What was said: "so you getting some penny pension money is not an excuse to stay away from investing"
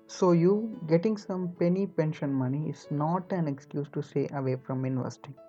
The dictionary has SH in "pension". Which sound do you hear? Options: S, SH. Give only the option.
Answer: SH